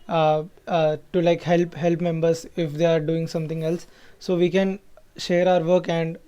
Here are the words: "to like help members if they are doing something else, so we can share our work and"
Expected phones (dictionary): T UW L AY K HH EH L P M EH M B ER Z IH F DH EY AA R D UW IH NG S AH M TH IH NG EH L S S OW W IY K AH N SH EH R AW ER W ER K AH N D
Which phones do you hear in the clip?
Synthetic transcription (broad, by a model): T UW L AY K HH EH L P M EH M B ER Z IH F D EY AA R D UW IH NG S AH M T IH NG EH L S S OW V IY K AH N SH EH R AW ER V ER K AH N D